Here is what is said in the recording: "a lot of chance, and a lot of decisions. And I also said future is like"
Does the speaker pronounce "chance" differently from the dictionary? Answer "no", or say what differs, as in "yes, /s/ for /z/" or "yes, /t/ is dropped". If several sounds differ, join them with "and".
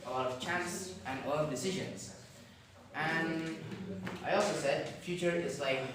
no